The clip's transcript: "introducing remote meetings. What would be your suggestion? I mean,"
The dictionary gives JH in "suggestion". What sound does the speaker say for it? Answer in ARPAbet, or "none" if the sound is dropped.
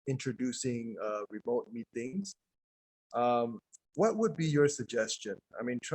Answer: JH